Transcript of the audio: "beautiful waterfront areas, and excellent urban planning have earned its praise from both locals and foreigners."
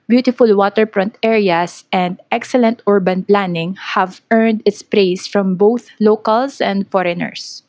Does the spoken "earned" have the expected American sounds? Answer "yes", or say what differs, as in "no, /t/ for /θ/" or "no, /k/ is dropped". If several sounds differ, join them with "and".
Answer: yes